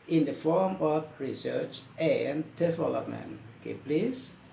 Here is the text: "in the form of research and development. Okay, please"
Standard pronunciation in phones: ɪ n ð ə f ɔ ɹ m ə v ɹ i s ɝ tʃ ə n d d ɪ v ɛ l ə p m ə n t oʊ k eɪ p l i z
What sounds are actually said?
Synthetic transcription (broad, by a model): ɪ n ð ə f ɔ ɹ m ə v ɹ i s ɝ tʃ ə n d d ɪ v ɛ l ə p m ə n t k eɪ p l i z